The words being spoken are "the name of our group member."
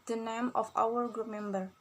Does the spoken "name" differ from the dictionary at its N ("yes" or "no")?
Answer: no